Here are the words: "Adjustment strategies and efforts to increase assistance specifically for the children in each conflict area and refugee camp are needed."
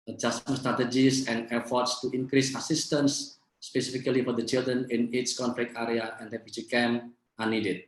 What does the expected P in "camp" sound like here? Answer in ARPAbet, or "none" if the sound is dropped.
none